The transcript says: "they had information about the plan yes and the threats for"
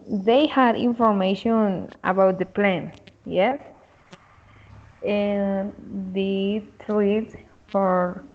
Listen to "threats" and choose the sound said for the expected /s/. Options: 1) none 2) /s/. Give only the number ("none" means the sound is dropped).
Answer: 1